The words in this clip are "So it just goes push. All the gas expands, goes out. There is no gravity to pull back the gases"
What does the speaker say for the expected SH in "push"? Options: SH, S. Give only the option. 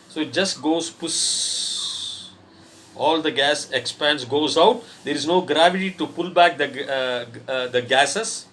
S